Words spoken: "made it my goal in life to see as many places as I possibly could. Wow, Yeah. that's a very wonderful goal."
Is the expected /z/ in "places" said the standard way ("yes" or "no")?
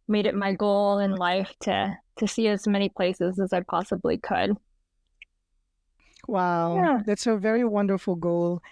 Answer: yes